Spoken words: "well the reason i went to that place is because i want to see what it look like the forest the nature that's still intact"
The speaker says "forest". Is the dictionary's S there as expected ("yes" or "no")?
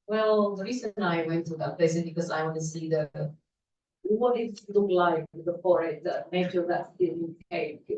no